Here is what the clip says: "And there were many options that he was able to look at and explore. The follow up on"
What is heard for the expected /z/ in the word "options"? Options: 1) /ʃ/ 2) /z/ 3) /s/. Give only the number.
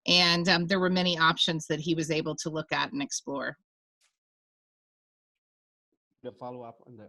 2